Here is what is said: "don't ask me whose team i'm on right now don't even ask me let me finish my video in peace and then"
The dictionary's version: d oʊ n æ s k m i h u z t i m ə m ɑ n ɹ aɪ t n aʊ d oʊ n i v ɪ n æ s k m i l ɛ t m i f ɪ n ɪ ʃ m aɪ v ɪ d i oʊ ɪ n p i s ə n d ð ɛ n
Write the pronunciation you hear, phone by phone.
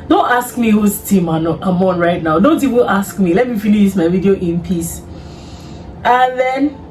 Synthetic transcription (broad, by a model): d oʊ n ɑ s k m i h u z t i m ə m ɑ n ɹ aɪ t n aʊ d oʊ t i w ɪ l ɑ s k m i l ɛ t m i f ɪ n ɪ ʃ m aɪ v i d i oʊ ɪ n p i s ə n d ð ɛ n